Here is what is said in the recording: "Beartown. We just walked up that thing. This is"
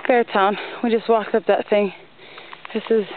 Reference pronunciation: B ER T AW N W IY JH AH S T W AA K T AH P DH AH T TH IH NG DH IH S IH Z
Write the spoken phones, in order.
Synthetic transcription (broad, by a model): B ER T AW N W IY JH AH S T W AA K AH P DH AH T TH IH NG DH IH S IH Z